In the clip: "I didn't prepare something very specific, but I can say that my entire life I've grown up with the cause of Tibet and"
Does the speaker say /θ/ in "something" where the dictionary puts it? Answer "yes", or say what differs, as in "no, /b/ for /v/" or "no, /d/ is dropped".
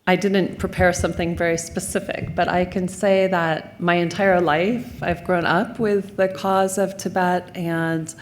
yes